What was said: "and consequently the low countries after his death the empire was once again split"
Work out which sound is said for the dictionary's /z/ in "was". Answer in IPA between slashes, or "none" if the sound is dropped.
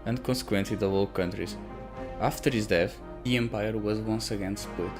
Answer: /z/